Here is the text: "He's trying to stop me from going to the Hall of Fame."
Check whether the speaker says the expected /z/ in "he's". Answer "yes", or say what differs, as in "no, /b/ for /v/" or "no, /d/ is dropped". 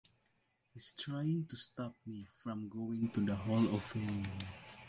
no, /s/ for /z/